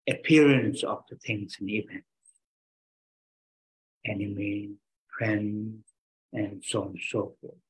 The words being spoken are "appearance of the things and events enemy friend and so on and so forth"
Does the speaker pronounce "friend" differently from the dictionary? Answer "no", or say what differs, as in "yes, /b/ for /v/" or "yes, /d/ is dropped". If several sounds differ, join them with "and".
yes, /d/ is dropped